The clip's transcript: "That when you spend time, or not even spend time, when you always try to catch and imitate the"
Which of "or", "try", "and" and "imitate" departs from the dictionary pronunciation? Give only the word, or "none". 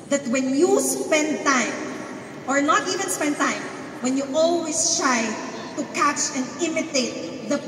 none